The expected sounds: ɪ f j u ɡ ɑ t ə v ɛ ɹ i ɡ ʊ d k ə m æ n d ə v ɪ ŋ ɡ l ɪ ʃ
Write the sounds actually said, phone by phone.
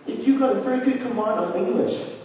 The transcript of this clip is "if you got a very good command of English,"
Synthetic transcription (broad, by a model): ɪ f j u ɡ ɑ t ə f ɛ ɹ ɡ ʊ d k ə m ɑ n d ə v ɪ ŋ ɡ l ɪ ʃ